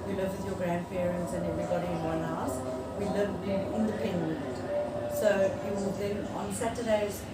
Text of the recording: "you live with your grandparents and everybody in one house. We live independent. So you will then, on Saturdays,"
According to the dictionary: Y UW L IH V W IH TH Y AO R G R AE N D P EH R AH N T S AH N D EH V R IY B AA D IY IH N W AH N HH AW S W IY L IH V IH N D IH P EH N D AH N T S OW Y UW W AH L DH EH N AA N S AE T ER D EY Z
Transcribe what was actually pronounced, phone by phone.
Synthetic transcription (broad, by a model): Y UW L IH V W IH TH Y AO G R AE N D F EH R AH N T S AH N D EH V R IY B AA D IY IH N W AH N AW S W IY L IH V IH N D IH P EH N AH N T S OW Y UW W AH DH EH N AA N S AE T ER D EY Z